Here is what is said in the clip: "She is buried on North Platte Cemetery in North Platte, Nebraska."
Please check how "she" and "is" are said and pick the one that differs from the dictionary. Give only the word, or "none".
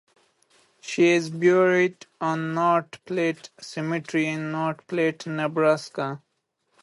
none